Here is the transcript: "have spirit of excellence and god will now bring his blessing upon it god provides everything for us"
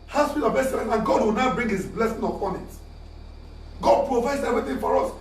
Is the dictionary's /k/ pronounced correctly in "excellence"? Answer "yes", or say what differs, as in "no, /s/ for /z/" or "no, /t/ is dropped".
no, /k/ is dropped